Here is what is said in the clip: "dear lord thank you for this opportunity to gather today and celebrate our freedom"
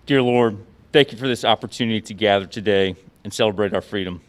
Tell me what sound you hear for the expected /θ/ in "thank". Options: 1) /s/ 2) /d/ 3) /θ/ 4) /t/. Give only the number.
3